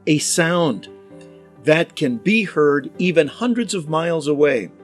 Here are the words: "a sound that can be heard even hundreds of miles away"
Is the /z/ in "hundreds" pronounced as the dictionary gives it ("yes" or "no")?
yes